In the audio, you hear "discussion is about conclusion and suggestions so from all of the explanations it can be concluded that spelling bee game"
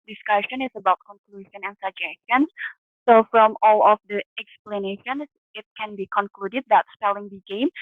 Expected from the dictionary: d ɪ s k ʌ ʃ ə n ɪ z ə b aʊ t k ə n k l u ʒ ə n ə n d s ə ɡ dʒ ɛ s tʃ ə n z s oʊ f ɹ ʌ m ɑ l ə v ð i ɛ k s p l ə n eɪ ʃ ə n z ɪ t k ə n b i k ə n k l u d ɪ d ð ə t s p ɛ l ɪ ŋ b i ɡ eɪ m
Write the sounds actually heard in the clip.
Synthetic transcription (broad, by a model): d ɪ s k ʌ ʃ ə n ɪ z ə b aʊ t k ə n k l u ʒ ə n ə n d s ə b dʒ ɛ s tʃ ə n s oʊ f ɹ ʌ m ɑ l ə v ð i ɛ k s p l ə n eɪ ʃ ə n s ɪ t k ə n b i k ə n k l u d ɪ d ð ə t s p ɛ l ɪ ŋ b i ɡ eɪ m